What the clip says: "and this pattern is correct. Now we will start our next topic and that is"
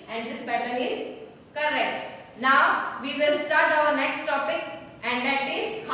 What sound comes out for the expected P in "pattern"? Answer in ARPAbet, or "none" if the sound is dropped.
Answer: B